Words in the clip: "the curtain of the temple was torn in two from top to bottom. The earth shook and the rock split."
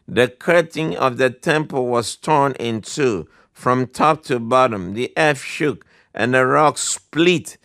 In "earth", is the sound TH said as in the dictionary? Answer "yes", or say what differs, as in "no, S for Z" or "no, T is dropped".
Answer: no, F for TH